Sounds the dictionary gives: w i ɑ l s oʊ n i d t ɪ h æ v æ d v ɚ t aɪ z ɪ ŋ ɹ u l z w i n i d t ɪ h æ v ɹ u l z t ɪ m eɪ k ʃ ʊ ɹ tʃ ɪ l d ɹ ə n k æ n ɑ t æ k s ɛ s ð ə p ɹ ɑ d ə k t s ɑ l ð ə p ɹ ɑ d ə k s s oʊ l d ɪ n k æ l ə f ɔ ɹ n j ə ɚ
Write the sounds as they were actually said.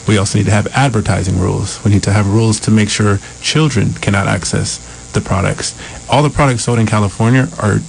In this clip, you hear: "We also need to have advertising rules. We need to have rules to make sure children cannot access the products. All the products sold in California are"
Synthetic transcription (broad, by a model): w i ɑ l s oʊ n i d t ɪ v æ d v ɚ t aɪ z ɪ ŋ ɹ u l z w i n i d t ɪ v ɹ u l z t ɪ m eɪ k ʃ ʊ ɹ tʃ ɪ l d ɹ ə n k æ n ɑ t æ k s ɛ s ð ə p ɹ ɑ d ə k t s ɑ l ð ə p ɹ ɑ d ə k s s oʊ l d ɪ n k æ l ə f ɔ ɹ n j ə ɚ